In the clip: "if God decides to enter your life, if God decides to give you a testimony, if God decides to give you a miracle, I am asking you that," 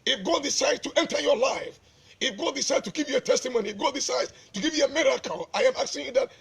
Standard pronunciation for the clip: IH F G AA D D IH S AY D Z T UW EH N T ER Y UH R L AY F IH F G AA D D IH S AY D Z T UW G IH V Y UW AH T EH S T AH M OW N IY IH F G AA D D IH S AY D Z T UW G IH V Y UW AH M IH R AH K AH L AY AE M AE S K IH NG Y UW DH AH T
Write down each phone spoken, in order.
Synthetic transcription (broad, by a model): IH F G AA D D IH S AY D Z T UW EH N T ER Y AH R L AY F IH F G AA D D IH S AY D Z T UW G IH V Y UW AH T EH S T AH M OW N IY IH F G AA D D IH S AY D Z T UW G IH V Y UW AH M IH R AH K AH L AY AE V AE K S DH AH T